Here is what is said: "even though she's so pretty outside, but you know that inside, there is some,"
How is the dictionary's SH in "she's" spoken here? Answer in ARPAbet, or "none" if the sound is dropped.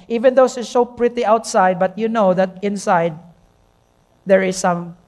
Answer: S